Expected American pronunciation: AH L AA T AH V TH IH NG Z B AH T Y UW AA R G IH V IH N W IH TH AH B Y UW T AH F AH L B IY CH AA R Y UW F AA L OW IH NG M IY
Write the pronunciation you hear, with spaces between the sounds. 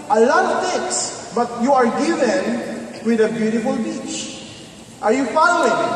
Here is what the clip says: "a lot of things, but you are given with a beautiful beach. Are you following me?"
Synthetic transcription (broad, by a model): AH L AA T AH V T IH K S B AH T Y UW AA R G IH V IH N W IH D AH B Y UW T AH F AH L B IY CH AA R Y UW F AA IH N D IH